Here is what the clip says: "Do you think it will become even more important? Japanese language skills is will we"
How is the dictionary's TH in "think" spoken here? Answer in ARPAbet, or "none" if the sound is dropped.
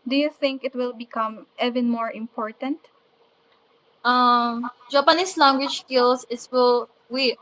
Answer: TH